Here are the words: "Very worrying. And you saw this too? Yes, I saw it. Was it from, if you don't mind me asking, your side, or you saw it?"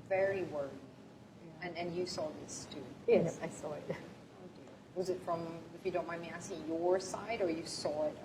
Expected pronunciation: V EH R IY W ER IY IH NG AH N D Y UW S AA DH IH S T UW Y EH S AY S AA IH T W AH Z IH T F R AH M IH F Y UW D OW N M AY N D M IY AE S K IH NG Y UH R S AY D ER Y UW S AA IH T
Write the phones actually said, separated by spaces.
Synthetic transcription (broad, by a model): V EH R IY W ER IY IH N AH N Y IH S AA DH IH S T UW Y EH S AY S AA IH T W AH Z IH T F R AH M IH F Y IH D OW N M AY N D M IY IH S IH Y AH R S AY D ER Y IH S AA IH T